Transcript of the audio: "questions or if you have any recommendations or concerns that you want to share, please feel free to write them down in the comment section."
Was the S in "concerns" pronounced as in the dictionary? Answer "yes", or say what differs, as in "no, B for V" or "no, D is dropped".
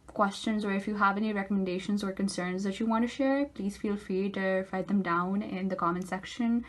yes